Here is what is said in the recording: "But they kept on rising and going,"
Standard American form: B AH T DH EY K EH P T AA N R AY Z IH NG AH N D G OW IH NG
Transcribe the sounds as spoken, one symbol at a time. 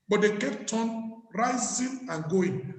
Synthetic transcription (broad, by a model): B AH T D EY K EH P T AA N R AY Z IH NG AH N G OW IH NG